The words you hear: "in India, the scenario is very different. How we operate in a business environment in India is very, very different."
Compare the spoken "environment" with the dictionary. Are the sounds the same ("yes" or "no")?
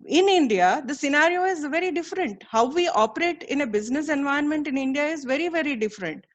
no